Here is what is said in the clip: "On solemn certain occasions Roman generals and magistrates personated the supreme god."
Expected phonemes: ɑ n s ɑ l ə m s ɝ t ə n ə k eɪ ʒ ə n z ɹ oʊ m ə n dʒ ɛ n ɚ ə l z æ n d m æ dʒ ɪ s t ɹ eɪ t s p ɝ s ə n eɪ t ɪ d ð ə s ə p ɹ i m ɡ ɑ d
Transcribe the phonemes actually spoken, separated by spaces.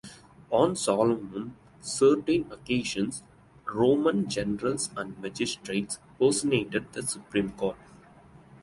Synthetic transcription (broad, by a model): ɑ n s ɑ l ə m s ɝ t ə n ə k eɪ ʃ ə n s ɹ oʊ m ə n dʒ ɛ n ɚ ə l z æ n d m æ dʒ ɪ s t ɹ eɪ t s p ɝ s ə n eɪ t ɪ d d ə s ə p ɹ i m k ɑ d